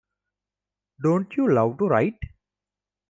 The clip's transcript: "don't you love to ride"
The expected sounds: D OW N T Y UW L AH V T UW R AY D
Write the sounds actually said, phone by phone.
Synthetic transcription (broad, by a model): D OW N T Y UW L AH W T UW R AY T